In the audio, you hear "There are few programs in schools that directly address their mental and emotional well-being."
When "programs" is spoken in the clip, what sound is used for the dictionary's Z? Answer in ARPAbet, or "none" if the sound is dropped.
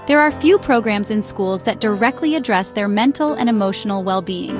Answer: Z